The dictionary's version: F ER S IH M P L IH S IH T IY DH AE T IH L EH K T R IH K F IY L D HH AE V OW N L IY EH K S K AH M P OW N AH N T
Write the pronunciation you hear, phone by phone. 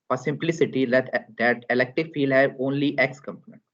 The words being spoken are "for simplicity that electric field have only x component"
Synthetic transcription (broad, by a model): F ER S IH M P L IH S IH T IY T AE T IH L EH K T IH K F IY L D HH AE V OW N L IY EH K S K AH M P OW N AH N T